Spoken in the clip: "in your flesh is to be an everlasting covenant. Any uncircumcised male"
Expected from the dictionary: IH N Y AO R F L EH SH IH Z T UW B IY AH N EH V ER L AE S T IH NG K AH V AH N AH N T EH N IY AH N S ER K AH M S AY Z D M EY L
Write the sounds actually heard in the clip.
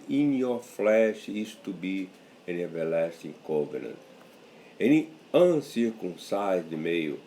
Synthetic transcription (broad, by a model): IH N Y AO F L EH SH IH S T UW B IY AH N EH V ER L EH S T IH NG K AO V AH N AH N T EH N IY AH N S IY K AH S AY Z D M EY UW